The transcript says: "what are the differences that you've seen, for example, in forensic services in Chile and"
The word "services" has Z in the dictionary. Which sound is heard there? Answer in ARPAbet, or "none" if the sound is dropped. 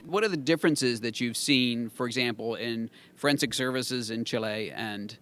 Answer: Z